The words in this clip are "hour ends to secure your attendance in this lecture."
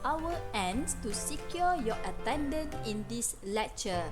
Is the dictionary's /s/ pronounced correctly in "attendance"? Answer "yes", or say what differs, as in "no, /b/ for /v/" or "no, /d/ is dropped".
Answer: no, /s/ is dropped